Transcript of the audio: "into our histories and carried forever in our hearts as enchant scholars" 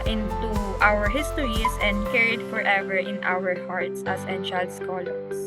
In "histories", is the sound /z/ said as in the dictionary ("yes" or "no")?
no